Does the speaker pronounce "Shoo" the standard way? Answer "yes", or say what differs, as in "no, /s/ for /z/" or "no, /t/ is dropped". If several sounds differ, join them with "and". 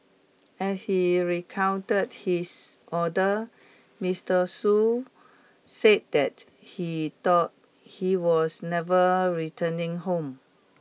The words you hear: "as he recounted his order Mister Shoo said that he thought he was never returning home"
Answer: no, /s/ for /ʃ/